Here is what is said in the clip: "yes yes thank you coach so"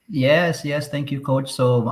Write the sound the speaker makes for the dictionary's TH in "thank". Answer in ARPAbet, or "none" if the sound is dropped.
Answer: T